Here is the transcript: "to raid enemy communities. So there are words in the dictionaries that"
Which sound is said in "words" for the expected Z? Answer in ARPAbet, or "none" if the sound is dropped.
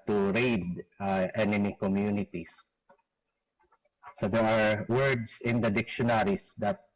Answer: S